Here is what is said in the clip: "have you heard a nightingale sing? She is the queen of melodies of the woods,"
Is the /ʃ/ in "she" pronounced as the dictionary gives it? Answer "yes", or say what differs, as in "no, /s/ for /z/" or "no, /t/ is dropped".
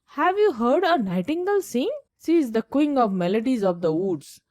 no, /s/ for /ʃ/